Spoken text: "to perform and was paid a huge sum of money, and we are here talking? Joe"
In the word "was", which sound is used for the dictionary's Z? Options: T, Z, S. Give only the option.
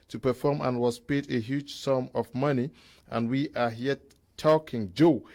S